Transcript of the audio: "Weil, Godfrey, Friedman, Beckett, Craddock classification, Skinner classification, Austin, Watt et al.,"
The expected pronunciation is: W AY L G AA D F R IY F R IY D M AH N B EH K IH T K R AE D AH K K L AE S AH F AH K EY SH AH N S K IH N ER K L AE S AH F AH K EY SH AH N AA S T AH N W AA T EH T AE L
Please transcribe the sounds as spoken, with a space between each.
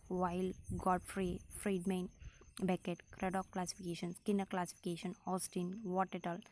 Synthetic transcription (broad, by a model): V AY L G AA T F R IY F R IY D M AH N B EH K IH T K R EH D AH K K L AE S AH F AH K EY SH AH N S K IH N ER K L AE S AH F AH K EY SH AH N AA S T AH N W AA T EH T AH L